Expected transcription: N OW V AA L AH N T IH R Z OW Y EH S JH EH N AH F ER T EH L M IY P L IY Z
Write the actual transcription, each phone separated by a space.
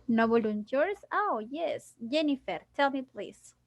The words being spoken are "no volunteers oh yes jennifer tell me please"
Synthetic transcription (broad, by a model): N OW B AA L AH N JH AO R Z OW Y EH S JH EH N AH F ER T EH L M IY P L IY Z